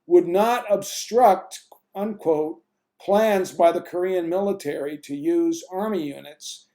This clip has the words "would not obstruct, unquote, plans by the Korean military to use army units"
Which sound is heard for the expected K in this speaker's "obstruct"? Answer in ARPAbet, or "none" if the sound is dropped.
K